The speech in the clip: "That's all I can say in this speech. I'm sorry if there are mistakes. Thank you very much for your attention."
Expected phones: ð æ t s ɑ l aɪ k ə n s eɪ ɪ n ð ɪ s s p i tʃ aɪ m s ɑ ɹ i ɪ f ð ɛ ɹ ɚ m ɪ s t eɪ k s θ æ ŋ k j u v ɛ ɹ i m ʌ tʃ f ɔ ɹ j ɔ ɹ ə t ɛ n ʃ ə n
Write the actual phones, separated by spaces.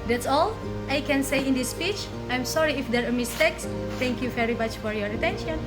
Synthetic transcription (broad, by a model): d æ t s ɑ l aɪ k ə n s eɪ ɪ n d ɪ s s p i tʃ aɪ m s ɑ ɹ i ɪ f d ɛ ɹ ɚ m ɪ s t eɪ k s t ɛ ŋ k j u v ɛ ɹ i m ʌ tʃ f ɔ ɹ j ɔ ɹ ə t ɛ n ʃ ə n